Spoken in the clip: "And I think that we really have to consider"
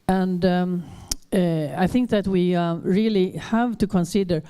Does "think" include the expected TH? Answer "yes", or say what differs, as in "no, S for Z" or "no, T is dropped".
yes